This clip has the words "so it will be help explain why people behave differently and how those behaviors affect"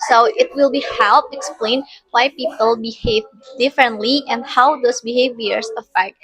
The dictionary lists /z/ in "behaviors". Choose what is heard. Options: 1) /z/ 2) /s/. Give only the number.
2